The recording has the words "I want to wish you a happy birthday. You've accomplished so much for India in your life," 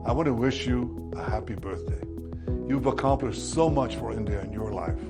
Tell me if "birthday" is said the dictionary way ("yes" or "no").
yes